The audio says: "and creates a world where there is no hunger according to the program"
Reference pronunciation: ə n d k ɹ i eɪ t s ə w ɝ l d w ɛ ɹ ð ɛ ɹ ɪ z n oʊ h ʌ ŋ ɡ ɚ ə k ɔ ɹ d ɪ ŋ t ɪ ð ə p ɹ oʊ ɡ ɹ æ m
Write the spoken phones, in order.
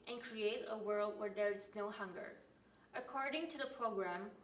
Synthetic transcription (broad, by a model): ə n k ɹ i eɪ t s ə w ɝ l d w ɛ ɹ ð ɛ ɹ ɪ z n oʊ h ʌ ŋ ɡ ɚ ə k ɔ ɹ d ɪ ŋ t ɪ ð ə p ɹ oʊ ɡ ɹ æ m